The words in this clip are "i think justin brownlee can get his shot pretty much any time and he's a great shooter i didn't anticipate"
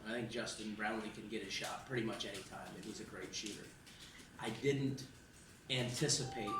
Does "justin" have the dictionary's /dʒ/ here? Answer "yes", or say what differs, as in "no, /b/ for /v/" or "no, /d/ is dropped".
no, /ʒ/ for /dʒ/